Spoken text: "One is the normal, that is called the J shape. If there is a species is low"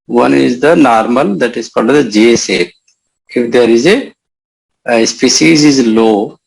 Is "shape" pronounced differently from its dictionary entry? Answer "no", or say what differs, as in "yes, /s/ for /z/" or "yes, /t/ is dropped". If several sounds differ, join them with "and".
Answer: yes, /s/ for /ʃ/